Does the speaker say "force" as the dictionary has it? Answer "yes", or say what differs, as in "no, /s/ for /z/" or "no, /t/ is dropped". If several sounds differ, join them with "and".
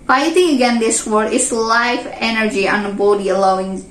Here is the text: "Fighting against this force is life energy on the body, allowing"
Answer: no, /s/ is dropped